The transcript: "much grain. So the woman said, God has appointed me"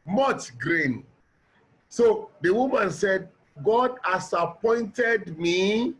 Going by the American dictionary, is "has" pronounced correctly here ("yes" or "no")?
no